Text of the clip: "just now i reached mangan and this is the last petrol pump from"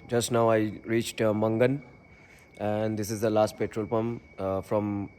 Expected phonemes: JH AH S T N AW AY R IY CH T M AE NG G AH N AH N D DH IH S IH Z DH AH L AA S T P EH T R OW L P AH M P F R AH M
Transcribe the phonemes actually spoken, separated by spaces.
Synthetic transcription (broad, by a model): JH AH S T N AW AY R IY CH T M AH NG G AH N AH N D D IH S IH Z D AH L AA S T P EH T R OW L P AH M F R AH M